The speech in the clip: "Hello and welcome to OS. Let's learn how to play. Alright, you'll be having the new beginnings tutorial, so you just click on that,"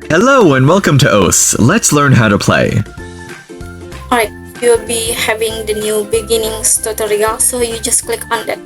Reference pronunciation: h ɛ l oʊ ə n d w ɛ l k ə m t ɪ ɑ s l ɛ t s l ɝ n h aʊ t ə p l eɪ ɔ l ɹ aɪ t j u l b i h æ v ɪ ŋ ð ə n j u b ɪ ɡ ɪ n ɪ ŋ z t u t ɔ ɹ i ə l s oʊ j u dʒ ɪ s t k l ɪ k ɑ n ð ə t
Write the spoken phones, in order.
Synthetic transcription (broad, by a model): h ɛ l oʊ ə n w ɛ l k ə m t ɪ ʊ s l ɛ t s l ɝ n h aʊ t ə p l eɪ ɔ ɹ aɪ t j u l b i h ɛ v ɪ ŋ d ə n j u b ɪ ɡ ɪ n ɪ ŋ s t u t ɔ ɹ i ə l s oʊ j u dʒ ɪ s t k l ɪ k ɑ n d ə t